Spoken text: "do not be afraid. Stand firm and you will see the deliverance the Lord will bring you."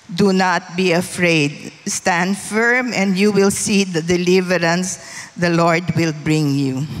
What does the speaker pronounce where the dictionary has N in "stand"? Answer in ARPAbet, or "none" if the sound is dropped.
N